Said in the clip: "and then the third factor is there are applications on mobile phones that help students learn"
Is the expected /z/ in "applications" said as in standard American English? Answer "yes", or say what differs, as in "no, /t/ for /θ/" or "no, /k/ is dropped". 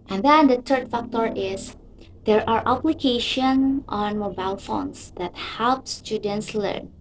no, /z/ is dropped